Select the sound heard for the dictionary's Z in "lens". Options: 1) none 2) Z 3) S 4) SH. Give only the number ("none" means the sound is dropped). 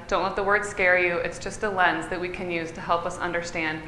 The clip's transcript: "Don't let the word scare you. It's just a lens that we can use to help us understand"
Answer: 2